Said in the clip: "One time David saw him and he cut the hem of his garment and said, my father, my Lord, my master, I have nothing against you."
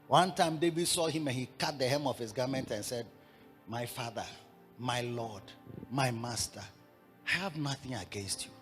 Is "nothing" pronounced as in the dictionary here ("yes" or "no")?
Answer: yes